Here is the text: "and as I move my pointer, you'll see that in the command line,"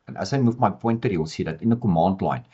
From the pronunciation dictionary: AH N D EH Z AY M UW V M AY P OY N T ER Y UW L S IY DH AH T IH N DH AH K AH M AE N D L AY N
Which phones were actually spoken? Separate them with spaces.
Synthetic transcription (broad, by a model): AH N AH S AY M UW F M AY P OY N T ER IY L S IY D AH T IH N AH K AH M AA N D L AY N